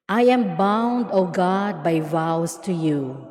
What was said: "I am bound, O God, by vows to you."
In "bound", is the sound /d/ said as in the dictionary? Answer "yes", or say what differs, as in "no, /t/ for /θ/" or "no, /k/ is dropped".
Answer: yes